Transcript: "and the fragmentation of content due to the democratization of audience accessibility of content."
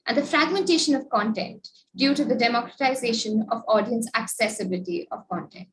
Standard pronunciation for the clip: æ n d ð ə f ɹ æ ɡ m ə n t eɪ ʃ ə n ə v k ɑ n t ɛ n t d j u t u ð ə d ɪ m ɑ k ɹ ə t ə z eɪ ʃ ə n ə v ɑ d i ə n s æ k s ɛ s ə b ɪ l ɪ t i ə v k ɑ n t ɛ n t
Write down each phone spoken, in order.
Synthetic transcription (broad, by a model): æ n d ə f ɹ æ ɡ m ə n t eɪ ʃ ə n ə v k ɑ n t ɛ n t d j u t u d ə d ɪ m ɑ k ɹ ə t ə z eɪ ʃ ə n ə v ɑ d i ə n s æ k s ɛ s ə b ɪ l ɪ t i ə v k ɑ n t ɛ n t